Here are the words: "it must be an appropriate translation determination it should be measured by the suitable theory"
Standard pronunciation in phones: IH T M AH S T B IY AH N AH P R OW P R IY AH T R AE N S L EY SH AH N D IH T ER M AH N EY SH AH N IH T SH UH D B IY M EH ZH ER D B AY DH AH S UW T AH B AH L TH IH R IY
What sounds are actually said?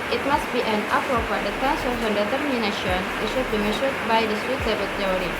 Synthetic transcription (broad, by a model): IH T M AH S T B IY AH N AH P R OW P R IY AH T AE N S AO AH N D IH T ER M AH N EY SH AH N IH T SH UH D B IY M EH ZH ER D B AY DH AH S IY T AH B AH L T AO R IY